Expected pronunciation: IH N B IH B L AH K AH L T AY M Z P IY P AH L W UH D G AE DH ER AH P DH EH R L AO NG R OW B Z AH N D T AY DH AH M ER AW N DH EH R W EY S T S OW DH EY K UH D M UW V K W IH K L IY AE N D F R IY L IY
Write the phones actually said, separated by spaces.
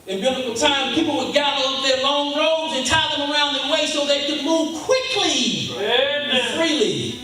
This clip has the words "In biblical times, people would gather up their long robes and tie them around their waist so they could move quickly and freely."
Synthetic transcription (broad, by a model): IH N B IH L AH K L T AY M P IY P L W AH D G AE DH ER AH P DH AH R L AO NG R OW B Z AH N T AY DH AH M ER AW N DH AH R W EY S S OW DH EY K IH D M UW V K W IH K L IY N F R IY L IY